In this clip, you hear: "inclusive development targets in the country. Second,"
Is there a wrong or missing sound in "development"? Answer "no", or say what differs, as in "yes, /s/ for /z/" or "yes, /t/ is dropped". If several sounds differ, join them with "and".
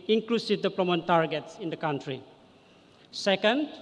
yes, /p/ is dropped